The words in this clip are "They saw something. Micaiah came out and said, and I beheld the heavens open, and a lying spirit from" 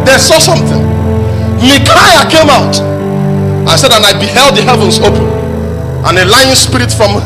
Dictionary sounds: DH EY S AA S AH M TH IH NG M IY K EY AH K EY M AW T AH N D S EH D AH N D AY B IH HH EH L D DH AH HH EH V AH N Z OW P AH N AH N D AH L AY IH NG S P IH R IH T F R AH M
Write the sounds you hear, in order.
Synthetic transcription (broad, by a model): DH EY S AA S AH M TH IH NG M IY K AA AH K EY M AW T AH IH S EH D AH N AY B IH HH EH L D DH AH HH EH V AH N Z OW P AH N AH N AH L AY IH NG S P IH R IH T F R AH M